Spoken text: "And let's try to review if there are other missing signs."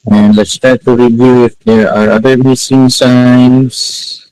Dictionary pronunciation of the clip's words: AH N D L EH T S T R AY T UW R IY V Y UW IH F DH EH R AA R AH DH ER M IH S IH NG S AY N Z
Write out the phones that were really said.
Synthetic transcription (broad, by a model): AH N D L EH T S T AY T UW R IY V Y UW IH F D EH R AA R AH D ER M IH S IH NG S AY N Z